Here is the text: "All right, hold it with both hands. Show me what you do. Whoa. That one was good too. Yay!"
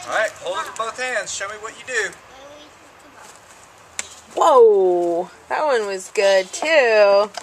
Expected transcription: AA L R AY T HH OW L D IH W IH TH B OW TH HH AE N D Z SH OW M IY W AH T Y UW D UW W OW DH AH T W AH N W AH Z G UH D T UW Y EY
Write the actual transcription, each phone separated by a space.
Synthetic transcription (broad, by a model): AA R AY T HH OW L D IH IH B OW TH HH AE N D Z SH OW M IY W AH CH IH D UW W OW DH AH T W AH N W AH Z G UH D T UW